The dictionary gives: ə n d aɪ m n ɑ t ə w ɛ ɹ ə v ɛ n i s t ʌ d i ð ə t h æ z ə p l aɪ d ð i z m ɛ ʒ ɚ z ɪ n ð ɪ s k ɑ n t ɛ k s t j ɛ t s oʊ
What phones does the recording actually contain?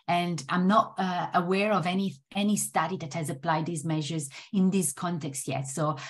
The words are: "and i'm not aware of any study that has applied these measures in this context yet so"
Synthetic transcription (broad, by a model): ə n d aɪ m n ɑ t ə w ɛ ɹ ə v ɛ n i s t ʌ d i ð ə t h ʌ z ə p l aɪ d ð i z m ɛ ʒ ɚ z ɪ n ð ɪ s k ɑ n t ɛ k s t j ɛ t s oʊ